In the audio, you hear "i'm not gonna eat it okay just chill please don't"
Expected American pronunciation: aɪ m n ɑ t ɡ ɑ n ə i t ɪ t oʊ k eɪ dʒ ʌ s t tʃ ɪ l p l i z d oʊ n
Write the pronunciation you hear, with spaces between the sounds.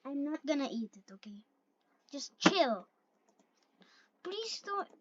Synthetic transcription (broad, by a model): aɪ m n ɑ t ɡ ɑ n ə i t ɪ t oʊ k eɪ dʒ ʌ s t tʃ ɪ l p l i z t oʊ